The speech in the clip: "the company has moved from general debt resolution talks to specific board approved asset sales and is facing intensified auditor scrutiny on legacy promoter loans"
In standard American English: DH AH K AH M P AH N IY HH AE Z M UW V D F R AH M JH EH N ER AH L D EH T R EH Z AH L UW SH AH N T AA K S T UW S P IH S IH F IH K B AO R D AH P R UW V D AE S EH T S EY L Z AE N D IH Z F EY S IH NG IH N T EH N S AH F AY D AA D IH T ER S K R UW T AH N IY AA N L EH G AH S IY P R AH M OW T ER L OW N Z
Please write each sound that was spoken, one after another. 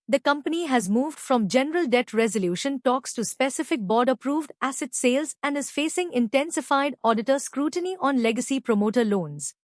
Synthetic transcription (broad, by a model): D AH K AH M P AH N IY HH AE Z M UW V D F R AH M JH EH N ER AH L D EH T R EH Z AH L UW SH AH N T AA K S T UW S P IH S IH F IH K B AO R D AH P R UW V D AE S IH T S EY L Z AE N D IH Z F EY S IH NG IH N T EH N S AH F AY D AA D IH T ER S K R UW T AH N IY AA N L EH G AH S IY P R AH M OW T ER L OW N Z